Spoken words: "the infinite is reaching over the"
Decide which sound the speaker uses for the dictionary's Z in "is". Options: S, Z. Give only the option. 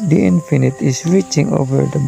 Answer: S